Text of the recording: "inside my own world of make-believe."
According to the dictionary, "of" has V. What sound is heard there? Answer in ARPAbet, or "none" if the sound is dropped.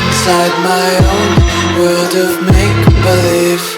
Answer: V